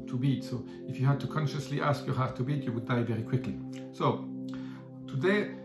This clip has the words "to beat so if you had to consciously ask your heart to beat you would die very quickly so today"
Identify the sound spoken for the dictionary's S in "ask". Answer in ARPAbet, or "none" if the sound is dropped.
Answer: S